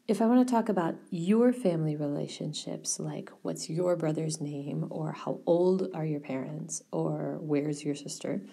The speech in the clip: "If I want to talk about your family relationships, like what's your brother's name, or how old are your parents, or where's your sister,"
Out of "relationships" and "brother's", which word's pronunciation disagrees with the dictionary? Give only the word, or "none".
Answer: none